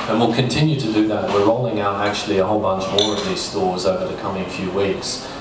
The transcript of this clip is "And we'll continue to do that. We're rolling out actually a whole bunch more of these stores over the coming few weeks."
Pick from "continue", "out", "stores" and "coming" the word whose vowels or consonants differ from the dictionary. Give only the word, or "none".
none